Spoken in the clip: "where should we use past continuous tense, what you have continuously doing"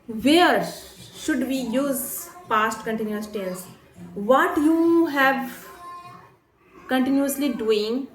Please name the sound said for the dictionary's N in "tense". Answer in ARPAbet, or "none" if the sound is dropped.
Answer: L